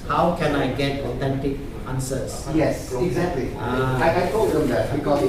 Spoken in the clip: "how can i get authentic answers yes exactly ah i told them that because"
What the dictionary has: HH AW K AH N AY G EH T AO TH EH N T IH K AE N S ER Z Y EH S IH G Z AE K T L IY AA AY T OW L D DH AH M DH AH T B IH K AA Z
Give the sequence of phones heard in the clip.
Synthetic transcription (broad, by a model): HH AW K AH N AY G EH T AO T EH N T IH K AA N S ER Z Y EH S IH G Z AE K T L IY AA AY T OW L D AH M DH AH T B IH K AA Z